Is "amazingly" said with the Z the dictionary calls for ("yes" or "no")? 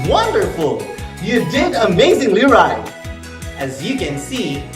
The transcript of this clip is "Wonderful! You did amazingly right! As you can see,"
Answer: yes